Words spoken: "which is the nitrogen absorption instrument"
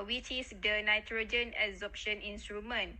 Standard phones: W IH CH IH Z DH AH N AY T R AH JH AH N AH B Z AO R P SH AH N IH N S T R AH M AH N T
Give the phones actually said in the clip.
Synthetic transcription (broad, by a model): W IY CH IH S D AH N AY T R AH JH AH N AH Z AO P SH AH N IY N S T R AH M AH N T